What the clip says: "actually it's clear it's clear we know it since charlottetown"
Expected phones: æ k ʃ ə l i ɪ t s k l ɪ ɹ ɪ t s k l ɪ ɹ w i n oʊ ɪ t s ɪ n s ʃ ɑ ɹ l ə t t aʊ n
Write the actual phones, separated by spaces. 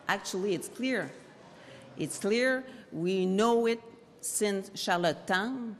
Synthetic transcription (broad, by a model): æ k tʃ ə l i ɪ t s k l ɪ ɹ ɪ t s k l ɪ ɹ w i n oʊ ɪ t s ɪ n s ʃ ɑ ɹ l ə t t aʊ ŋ